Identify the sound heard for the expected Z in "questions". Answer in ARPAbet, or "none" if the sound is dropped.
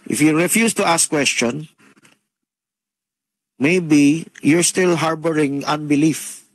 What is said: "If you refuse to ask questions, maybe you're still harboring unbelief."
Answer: none